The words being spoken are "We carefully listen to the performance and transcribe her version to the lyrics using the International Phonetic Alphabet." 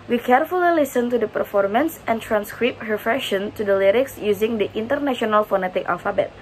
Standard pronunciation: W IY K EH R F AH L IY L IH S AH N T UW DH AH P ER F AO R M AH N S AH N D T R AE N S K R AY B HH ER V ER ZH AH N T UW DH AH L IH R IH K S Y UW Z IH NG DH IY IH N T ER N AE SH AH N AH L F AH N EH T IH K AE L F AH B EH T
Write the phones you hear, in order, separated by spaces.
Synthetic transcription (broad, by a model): W IY K EH R F AH L IY L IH S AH N T UW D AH P ER F AO R M AH N S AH N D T R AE N S K R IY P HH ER F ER SH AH N T UW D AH L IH R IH K S Y UW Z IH NG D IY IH N T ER N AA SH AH N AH L F AH N EH T IH K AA L F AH B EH T